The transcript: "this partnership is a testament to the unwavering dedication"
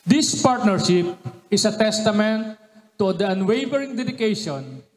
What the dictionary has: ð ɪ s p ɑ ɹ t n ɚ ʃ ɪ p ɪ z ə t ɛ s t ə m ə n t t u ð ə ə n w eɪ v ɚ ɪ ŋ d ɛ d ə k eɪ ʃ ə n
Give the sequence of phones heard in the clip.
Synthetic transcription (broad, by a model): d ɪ s p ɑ ɹ t n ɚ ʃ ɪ p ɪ s ə t ɛ s t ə m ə n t t u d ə ə n w eɪ v ɚ ɪ ŋ d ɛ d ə k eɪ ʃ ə n